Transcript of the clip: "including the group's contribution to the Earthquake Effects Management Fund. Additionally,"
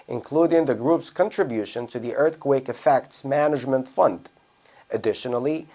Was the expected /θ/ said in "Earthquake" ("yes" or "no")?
yes